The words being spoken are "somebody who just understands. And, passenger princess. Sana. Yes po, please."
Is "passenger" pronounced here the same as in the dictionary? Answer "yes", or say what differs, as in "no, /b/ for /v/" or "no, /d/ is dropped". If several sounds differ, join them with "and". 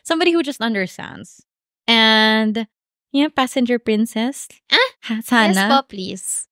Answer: yes